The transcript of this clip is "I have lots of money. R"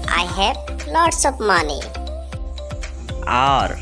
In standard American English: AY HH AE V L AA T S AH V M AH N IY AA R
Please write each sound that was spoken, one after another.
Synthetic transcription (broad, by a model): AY HH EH B L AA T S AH P M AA N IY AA R